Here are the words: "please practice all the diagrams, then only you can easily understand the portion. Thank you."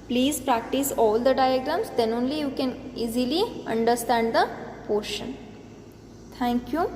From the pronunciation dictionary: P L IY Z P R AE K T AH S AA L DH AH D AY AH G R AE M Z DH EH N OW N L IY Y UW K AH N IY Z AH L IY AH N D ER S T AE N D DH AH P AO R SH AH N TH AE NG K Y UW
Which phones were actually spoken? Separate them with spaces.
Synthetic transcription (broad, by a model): P L IY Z P R AE K T AH S AA L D AH D AY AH G R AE M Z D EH N OW N L IY Y UW K AH N IY Z AH L IY AH N D ER S T AE N D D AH P AO R SH AH N T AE NG K Y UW